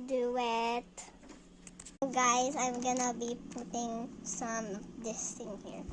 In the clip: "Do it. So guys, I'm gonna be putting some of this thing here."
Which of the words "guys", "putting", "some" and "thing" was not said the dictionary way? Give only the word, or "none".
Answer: thing